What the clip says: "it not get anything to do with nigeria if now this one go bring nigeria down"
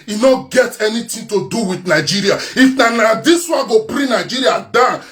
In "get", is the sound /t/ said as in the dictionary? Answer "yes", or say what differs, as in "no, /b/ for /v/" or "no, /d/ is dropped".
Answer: yes